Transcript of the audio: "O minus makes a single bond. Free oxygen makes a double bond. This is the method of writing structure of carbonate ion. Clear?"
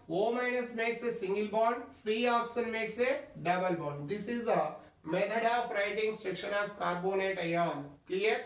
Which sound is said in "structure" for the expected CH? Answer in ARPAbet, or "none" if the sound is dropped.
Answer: SH